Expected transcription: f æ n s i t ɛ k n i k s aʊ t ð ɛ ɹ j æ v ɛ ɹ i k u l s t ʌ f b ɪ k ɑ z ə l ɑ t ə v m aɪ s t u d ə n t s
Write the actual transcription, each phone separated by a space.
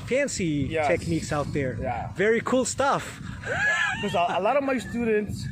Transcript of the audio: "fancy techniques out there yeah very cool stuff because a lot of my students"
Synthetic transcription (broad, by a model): f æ n s i t ɛ k n i k s aʊ t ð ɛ ɹ j æ v ɛ ɹ i k u l s t ʌ f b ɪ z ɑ ə l ɑ t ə m aɪ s t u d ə n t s